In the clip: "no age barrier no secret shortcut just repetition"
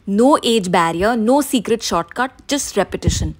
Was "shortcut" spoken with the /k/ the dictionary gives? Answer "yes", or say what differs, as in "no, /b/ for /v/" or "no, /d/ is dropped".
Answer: yes